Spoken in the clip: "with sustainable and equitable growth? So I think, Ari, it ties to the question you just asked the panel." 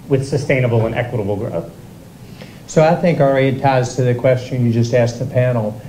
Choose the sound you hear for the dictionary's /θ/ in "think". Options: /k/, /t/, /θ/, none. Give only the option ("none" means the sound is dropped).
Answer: /θ/